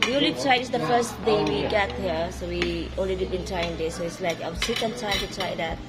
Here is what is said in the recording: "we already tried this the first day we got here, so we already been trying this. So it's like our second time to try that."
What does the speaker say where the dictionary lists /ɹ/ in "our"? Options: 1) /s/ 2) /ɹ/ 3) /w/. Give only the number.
3